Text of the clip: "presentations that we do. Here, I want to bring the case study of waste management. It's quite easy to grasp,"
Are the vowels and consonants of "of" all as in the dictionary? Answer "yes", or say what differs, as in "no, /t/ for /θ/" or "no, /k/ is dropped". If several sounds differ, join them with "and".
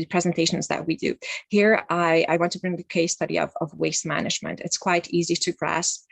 yes